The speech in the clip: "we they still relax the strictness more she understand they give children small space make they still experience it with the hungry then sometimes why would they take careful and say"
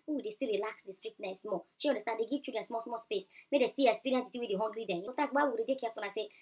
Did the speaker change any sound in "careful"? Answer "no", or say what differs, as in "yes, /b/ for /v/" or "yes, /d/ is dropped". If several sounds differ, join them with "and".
yes, /n/ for /l/